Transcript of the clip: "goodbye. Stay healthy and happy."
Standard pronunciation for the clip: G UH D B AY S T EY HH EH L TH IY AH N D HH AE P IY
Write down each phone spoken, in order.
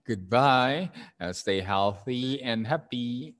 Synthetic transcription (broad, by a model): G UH D B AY S T EY HH EH L TH IY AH N HH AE P IY